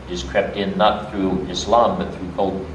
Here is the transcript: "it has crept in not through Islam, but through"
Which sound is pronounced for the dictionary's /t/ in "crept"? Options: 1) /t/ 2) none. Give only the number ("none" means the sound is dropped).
1